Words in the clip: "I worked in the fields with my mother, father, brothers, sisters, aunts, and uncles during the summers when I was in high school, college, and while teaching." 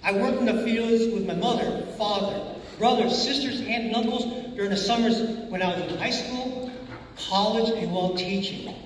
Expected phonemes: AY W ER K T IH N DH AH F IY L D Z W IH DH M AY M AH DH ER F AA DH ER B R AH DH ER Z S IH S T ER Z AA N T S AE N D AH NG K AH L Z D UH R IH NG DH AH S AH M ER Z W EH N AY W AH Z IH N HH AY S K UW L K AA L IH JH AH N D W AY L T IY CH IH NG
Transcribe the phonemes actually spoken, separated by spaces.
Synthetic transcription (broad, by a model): AY W ER K T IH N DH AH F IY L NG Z W IH DH M AY M AH DH ER F AA DH ER B R AH DH ER Z S IH S T ER Z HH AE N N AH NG K L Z D UH R IH NG DH AH S AH M ER Z W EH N AY W AH Z IH N HH AY S K UW L K AA L IH JH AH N W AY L T IY CH IH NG